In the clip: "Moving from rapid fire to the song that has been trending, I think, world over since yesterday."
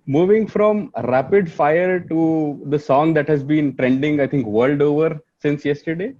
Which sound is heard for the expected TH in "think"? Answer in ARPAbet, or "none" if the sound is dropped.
T